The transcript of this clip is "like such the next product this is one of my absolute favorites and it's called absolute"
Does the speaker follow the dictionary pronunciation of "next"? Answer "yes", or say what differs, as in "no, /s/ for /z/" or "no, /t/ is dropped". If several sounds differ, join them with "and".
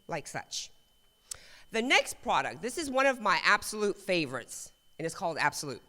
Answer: yes